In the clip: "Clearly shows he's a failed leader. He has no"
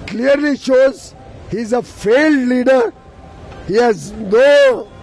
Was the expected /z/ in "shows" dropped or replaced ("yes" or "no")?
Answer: no